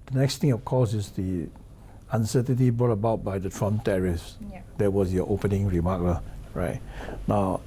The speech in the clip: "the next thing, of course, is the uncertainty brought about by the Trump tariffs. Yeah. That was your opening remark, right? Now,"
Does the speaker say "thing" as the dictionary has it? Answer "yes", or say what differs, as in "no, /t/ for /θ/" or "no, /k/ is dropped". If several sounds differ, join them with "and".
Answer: no, /t/ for /θ/